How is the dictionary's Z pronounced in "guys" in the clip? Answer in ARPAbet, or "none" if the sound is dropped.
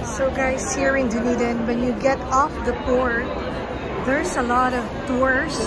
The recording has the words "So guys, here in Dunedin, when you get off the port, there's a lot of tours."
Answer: S